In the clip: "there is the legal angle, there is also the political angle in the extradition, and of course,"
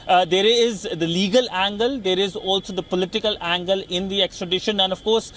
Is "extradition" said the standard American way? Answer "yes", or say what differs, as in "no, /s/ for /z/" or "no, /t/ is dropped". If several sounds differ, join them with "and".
yes